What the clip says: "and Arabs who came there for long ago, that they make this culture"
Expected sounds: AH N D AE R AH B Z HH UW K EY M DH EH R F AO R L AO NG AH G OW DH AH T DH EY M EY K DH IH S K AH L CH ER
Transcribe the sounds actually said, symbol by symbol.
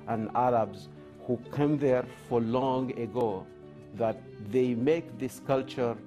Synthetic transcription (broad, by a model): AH N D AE R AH B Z HH UW K EY M DH EH R F AO R L AO NG AH G OW DH AH T DH EY M EY K DH IH S K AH L CH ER